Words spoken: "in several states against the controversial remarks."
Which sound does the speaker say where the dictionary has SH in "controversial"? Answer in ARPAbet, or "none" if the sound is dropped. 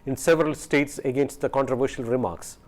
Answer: SH